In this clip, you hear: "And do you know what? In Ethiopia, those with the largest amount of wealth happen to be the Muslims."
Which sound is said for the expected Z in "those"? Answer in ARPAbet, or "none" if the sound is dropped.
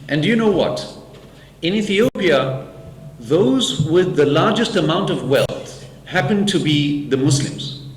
Z